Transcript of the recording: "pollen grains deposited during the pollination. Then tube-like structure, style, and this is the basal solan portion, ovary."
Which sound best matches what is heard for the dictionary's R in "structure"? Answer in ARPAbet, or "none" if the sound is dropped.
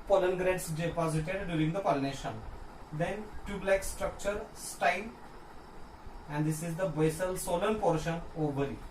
R